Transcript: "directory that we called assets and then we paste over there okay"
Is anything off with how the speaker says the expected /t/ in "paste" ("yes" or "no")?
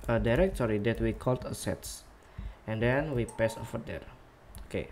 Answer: yes